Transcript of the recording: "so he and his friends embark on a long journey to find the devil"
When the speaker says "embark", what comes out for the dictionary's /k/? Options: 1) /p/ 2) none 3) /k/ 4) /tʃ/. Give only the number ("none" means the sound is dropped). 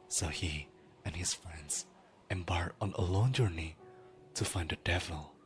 2